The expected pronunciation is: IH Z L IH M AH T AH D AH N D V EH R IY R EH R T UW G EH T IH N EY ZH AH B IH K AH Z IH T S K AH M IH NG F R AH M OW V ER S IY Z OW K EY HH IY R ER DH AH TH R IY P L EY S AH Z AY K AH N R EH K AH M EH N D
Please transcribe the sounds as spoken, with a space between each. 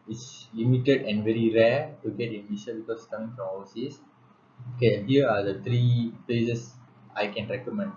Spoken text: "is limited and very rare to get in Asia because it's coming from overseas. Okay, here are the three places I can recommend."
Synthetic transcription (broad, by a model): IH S L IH M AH T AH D AH N D V EH R IY R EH T UW G EH T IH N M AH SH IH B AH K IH S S K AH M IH NG F R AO M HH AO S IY S OW K EY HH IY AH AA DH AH T R IY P L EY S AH S AY K AH N R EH K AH M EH N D